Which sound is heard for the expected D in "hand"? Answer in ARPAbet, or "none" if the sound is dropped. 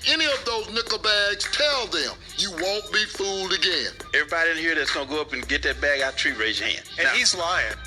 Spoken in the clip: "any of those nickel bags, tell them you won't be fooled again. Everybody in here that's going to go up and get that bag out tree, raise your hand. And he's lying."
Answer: none